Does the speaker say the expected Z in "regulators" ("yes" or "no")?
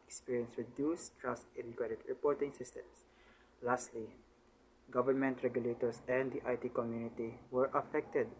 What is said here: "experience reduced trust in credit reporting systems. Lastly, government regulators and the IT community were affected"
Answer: no